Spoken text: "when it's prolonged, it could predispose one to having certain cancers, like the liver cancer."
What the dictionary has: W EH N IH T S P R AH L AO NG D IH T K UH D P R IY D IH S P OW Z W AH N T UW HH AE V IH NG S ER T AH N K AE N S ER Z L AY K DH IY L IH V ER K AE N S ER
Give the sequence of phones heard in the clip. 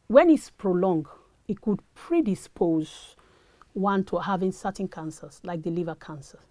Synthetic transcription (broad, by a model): W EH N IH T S P R AH L AO NG D IH T K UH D P R IY D IH S P OW Z W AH N T UW HH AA V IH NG S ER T N K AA N S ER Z L AY K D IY L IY V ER K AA N S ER